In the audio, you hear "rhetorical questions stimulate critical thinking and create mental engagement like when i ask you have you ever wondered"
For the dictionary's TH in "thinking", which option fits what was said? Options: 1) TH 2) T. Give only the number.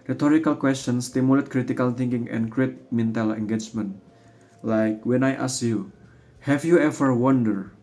2